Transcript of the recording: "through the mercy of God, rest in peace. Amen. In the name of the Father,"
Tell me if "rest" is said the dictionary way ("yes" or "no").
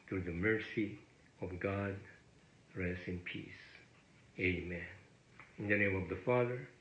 yes